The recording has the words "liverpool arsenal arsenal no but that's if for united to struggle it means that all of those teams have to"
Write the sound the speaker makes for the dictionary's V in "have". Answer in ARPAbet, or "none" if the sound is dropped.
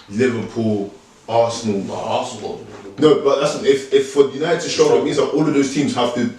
F